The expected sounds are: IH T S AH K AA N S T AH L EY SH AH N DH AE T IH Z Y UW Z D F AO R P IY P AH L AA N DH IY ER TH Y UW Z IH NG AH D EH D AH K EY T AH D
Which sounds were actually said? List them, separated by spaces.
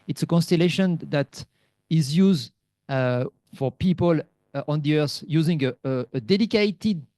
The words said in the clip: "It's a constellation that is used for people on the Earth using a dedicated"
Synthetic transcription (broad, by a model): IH T S AH K AA N S T AH L EY SH AH N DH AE T IH Z Y UW Z D F AO R P IY P AH L AA N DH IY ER S Y UW Z IH NG AH D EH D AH K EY T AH D